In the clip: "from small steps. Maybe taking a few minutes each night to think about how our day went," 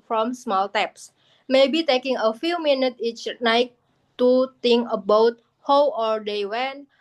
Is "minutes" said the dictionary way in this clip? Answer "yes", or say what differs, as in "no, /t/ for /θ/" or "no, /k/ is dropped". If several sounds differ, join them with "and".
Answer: no, /s/ is dropped